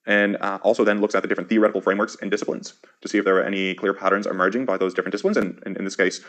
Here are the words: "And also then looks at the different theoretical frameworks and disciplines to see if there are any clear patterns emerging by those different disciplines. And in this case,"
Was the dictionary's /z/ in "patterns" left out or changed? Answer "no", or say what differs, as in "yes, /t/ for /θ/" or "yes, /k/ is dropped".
no